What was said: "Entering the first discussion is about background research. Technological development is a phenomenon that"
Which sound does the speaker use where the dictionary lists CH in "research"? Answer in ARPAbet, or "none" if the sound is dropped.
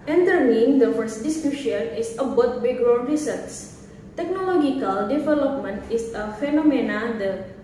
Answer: S